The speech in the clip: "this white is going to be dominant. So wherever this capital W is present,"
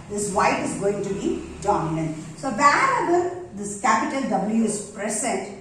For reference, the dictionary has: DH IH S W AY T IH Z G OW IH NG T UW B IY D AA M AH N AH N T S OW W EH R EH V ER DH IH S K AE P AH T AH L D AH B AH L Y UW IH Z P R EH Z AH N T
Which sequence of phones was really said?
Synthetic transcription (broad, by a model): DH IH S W AY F IH Z G OW IH NG T UW B IY D AA M AH N AH N T S OW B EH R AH B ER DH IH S K AE P AH T AH L D AH B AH L Y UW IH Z P R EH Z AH N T